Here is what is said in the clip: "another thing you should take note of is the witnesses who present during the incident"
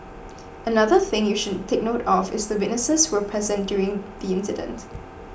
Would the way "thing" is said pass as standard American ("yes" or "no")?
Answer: yes